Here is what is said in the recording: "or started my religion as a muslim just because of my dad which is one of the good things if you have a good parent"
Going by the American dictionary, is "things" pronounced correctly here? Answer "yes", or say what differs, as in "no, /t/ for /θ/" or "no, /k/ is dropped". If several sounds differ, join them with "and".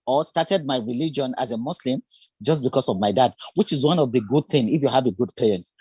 no, /z/ is dropped